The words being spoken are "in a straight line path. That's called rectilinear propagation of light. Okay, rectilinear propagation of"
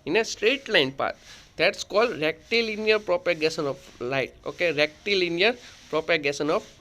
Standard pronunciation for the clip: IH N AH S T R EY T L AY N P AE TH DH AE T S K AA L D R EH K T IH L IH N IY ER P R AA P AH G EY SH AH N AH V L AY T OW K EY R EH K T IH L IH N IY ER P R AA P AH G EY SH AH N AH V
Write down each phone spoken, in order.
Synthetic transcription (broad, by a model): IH N AH S T R EY T L AY N P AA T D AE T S K AA L D R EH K T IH L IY N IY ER P R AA P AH G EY S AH N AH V L AY T OW K EY R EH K T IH L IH N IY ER P R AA P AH G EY S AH N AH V